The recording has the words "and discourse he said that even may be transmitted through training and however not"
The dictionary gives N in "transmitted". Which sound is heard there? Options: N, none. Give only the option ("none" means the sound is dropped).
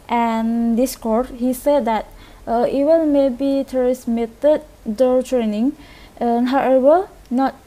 none